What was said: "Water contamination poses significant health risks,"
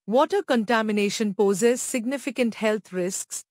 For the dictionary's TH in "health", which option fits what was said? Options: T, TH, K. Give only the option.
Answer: T